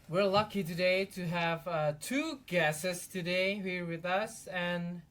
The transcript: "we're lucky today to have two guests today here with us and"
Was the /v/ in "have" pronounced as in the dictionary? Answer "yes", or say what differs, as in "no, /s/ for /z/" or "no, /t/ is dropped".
yes